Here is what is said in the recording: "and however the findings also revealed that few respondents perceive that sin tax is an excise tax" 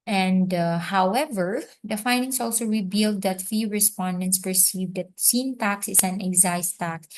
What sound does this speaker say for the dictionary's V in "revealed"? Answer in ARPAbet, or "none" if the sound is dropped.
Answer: B